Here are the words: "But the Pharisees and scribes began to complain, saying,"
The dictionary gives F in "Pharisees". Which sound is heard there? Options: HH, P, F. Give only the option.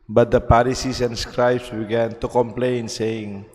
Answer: P